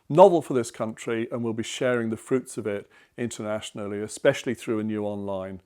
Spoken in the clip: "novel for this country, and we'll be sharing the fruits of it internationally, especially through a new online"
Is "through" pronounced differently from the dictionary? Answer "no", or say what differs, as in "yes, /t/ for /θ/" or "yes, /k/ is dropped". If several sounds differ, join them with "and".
no